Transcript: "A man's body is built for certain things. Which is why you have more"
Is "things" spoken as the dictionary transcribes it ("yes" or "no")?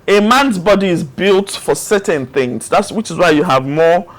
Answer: yes